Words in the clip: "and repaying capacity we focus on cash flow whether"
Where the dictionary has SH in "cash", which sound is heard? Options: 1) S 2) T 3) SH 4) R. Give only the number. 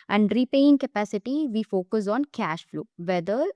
3